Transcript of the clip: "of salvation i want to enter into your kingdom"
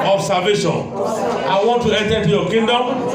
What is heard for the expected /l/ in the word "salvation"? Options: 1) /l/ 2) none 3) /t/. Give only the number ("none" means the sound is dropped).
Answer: 2